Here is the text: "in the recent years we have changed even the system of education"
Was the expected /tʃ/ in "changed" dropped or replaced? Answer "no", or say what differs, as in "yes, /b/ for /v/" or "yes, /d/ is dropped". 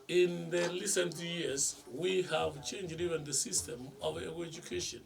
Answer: no